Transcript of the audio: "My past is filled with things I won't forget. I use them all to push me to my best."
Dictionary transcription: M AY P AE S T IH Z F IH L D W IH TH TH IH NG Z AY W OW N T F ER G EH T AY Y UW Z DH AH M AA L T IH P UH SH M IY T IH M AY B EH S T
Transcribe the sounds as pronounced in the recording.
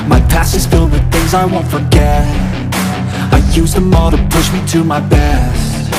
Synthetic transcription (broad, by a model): M AY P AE S IH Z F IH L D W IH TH TH IH NG Z AY W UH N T F ER G EH T AY Y UW Z DH AH M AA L T IH P UH SH M IY T IH M AY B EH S T